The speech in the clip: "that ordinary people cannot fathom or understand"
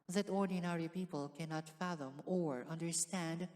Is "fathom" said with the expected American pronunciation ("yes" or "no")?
yes